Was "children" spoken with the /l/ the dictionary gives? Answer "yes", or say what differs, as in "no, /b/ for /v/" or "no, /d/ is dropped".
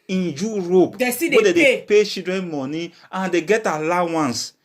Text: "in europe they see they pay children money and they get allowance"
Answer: no, /l/ is dropped